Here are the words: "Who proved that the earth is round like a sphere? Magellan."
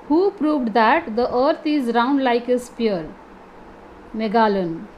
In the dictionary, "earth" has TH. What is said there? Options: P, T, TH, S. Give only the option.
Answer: T